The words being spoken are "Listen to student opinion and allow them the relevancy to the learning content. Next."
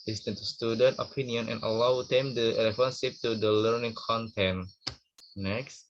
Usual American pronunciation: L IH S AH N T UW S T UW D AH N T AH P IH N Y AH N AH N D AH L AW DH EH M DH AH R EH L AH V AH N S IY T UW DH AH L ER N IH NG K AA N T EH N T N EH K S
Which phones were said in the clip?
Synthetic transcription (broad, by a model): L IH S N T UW S T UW D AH N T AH P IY N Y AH N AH N AH L AW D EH M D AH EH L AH F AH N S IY T UW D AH L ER N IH NG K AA N T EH N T N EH K S